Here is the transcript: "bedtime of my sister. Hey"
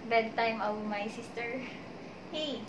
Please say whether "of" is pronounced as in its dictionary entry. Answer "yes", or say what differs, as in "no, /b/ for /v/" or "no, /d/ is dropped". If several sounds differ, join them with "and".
no, /w/ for /v/